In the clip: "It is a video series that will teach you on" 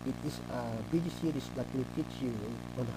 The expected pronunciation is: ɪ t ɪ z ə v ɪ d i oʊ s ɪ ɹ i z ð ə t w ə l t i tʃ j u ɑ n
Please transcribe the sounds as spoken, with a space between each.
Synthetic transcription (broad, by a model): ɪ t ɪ s ə b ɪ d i s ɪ ɹ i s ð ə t w ə l t i tʃ j u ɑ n